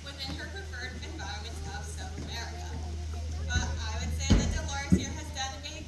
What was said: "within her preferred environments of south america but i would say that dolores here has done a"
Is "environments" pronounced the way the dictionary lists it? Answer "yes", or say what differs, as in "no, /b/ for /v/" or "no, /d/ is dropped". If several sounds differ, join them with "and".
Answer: no, /ɹ/ is dropped